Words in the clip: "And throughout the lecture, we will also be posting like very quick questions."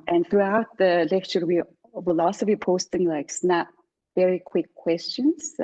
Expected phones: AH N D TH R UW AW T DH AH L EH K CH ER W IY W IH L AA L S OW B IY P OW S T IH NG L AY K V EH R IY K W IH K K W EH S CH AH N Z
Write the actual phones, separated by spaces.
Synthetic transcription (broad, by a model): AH N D TH R UW AW T DH AH L EH K CH ER W IY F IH L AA S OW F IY P OW S T IH NG L AY K V EH R IY K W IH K K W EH S CH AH N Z